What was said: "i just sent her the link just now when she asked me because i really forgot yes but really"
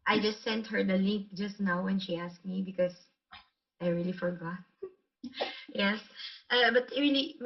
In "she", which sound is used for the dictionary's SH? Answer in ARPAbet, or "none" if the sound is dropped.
SH